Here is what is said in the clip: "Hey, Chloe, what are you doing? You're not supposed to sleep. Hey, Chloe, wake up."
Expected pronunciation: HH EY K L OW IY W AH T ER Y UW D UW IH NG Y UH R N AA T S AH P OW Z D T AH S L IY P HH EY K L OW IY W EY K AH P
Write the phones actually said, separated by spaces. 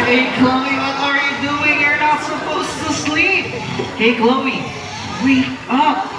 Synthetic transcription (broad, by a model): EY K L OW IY W AH T ER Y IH D UW IH NG Y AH R N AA T S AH P OW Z T AH S L IY P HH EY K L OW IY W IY AH